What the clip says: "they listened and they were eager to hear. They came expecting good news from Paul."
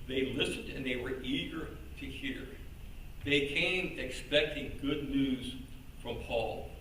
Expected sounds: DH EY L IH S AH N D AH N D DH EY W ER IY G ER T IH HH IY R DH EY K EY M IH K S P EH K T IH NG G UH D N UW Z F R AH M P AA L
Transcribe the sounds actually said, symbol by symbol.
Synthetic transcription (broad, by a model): DH EY L IH S AH N D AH N DH EY W ER IY G ER T IH HH IY R DH EY K EY M IH K S P EH K T IH NG G UH D N UW Z F R AH M P AA L